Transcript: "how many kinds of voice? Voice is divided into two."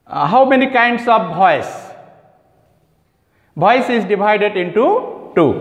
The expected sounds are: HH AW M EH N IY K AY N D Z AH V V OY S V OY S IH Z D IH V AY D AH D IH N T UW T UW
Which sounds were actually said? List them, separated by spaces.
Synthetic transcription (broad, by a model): HH AW M EH N IY K AY N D S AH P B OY S B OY S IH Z D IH B AY D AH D IH N T UW T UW